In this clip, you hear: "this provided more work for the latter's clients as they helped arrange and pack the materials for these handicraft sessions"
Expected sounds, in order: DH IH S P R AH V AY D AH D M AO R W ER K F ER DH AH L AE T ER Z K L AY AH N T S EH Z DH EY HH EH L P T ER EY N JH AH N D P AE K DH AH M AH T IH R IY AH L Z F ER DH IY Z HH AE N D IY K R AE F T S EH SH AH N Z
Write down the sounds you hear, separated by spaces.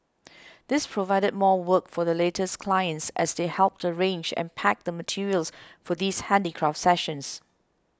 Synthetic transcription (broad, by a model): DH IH S P R AH V AY D AH D M AO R W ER K F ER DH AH L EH T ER S K L AY AH N T S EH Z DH EY HH EH L P T ER EY N JH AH N P AE K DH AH M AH T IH R IY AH L S F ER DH IY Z HH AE N D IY K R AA F T S EH SH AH N S